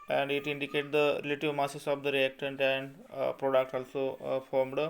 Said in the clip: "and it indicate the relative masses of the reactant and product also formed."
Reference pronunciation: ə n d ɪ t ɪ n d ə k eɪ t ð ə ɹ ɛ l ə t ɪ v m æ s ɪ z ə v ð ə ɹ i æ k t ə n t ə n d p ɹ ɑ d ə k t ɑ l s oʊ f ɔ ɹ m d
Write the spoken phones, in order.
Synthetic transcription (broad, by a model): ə n d ɪ t ɪ n d ə k eɪ t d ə ɹ ɛ l ə t ɪ v m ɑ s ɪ s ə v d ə ɹ i æ k t ə n t ə n d p ɹ ɑ d ə k t ɑ l s oʊ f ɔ ɹ m d